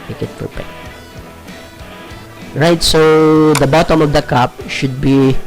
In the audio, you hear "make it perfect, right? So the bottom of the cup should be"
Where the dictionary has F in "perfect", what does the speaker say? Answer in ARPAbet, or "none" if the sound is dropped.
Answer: P